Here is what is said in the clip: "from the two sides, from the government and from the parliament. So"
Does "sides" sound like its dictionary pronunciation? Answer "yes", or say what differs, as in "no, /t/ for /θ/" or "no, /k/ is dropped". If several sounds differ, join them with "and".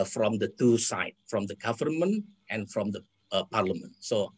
no, /z/ is dropped